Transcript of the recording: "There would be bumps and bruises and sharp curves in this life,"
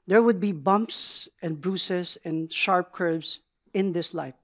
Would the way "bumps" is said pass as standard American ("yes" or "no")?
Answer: yes